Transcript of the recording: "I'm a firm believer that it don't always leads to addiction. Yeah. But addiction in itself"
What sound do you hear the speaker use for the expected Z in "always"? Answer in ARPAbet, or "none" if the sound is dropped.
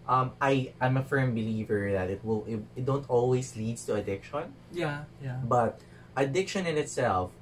S